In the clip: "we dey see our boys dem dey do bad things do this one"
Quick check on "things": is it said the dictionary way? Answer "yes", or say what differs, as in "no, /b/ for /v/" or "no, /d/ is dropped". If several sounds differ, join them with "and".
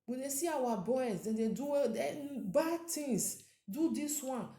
no, /t/ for /θ/